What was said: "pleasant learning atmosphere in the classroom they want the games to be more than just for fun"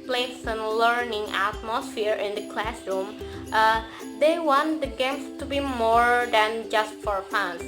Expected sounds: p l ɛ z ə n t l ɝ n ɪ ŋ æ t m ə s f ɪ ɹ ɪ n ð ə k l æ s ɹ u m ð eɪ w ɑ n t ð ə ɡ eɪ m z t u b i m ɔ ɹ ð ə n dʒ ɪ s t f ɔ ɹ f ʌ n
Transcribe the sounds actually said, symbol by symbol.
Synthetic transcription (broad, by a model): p l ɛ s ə n l ɝ n ɪ ŋ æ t m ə s f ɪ ɹ ɪ n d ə k l æ s ɹ u m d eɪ w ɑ n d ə ɡ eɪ m s t u b i m ɔ ɹ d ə n dʒ ɪ s t f ɔ ɹ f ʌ n